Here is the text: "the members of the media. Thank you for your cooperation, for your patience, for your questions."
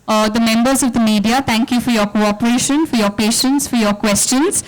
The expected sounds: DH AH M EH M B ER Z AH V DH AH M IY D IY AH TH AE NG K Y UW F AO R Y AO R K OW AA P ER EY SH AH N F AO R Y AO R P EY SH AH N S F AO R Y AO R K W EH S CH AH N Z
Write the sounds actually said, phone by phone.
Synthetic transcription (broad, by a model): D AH M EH M B ER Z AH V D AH M IY D IY AH T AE NG K Y UW F AO R Y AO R K OW AA P ER EY SH AH N F AO R Y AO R P EY SH AH N S F AO R Y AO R K W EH S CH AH N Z